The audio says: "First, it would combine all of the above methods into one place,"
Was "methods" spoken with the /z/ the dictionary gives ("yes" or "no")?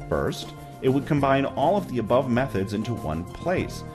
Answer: yes